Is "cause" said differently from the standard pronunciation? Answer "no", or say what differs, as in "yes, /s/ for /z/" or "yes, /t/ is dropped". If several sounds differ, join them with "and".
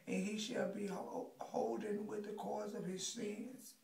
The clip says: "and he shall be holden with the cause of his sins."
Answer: no